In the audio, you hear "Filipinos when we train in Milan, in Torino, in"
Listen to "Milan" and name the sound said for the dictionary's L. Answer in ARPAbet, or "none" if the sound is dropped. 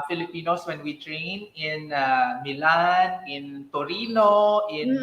L